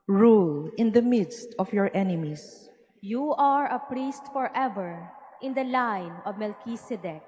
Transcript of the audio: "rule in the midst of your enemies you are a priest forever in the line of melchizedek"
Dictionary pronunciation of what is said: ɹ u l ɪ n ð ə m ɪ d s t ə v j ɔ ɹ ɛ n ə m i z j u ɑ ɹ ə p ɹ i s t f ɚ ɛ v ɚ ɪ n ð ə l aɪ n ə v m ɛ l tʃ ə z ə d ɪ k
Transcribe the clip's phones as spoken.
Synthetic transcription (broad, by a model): ɹ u l ɪ n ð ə m ɪ d s t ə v j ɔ ɹ ɛ n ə m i s j u ɑ ɹ ə p ɹ i s t f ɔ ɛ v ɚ ɪ n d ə l aɪ n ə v m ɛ l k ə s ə d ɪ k